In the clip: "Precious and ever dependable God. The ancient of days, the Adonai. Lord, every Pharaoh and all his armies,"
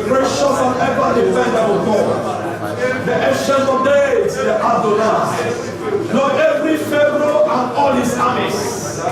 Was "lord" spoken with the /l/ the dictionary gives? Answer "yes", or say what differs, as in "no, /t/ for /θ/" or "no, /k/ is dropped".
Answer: no, /n/ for /l/